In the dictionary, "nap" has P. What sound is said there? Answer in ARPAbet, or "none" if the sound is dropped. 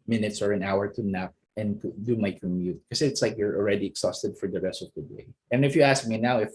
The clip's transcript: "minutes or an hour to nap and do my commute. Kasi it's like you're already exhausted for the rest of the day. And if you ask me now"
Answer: P